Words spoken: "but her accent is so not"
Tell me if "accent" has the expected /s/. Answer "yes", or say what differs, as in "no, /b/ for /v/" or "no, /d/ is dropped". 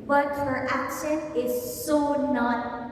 no, /ʃ/ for /s/